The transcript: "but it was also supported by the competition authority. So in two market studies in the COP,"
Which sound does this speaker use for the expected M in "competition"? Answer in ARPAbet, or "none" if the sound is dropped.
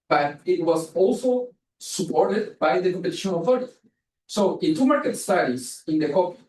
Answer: none